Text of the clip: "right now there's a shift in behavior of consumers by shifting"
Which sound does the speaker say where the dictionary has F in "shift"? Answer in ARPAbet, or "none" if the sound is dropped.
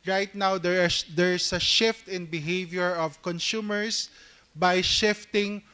F